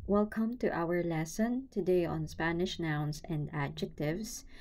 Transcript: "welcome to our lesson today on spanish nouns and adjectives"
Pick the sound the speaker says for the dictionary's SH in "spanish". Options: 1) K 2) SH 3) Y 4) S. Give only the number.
2